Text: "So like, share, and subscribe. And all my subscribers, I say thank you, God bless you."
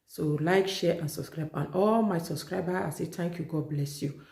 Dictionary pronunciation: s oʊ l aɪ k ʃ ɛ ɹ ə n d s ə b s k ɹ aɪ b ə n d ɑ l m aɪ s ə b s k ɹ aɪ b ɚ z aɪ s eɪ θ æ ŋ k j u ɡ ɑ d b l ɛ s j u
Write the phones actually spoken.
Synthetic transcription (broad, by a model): s oʊ l aɪ k ʃ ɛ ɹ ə n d s ə b s k ɹ aɪ b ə n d ɑ l m aɪ s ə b s k ɹ aɪ b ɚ aɪ s eɪ t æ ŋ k j u ɡ ɑ d b l ɛ s j u